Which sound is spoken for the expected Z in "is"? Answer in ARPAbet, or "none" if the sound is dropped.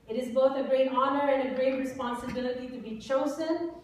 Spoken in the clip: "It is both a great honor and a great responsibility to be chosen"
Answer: Z